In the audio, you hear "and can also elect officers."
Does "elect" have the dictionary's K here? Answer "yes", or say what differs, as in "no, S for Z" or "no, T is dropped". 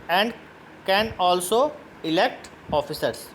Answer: yes